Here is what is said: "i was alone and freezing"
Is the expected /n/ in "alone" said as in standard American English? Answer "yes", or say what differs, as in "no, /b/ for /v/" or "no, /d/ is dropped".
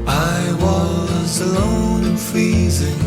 no, /n/ is dropped